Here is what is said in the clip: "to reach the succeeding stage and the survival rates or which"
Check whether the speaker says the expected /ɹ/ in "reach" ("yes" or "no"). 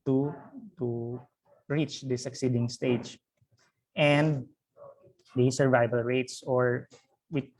yes